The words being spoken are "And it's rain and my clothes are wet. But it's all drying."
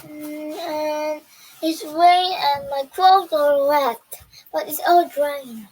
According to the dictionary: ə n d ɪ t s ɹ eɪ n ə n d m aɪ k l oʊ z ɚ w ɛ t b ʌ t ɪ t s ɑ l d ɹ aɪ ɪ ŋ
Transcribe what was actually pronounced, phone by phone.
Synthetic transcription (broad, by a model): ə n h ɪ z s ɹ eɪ ə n m aɪ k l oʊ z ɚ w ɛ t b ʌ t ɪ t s ɑ l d ɹ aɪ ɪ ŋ